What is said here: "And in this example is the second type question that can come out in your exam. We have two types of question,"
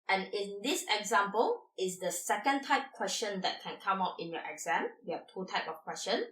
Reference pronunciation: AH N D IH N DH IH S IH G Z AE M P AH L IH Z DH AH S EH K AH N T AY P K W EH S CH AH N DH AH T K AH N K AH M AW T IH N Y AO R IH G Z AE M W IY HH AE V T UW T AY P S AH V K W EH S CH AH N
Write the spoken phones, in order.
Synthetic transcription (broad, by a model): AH N IH N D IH S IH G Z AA M P AH L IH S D AH S EH K AH N T AY P K W EH S CH AH N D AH T K AH N K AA M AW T IH N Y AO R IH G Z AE M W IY HH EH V T UW T AY P AH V K W EH S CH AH N